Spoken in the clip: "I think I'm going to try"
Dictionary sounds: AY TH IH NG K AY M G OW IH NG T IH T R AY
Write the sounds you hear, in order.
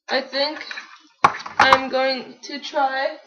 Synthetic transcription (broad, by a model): AY TH IH NG K AY M G OW IH NG T IH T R AY